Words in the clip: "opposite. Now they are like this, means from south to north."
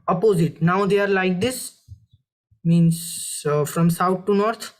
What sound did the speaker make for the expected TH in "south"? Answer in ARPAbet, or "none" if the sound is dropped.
T